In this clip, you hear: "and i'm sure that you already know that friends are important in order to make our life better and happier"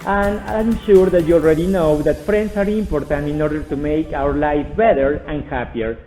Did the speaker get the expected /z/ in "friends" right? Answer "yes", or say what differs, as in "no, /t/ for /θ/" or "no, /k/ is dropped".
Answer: no, /s/ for /z/